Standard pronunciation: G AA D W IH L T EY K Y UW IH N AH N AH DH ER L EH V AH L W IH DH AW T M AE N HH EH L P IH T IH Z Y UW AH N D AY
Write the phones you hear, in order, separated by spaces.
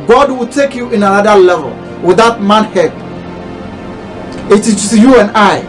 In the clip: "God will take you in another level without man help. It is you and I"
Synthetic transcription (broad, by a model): G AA D W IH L T EY K Y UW IH N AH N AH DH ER L EH V AH L W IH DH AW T M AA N HH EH P IH T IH S Y UW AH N AY